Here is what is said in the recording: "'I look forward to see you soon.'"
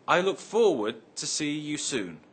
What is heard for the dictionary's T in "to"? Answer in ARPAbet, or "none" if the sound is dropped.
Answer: T